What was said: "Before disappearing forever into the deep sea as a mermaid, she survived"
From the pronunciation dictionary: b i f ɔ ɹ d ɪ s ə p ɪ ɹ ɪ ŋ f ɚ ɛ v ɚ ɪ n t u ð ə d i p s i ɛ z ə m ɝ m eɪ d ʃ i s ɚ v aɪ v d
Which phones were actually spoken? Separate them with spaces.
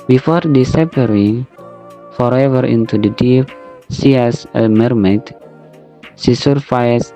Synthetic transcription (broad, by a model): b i f ɔ ɹ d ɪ s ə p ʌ ɹ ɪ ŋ f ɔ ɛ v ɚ ɪ n t u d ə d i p s i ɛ s ə m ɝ m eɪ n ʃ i s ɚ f aɪ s